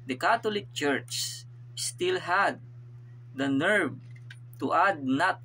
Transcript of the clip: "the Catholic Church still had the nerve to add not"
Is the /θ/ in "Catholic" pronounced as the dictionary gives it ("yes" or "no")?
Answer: no